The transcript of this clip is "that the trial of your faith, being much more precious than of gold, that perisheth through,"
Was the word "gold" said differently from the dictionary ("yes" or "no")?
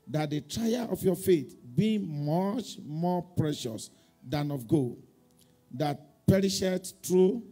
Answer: yes